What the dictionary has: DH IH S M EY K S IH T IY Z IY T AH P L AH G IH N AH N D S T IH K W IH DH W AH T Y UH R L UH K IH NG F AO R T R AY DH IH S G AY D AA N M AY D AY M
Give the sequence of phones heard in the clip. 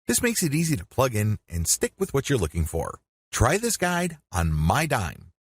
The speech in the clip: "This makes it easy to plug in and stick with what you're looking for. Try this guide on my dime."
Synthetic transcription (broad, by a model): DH IH S M EY K S IH T IY Z IY T AH P L AH G IH N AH N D S T IH K W IH DH W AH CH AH R L UH K IH NG F AO R T R AY DH IH S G AY D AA N M AY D AY M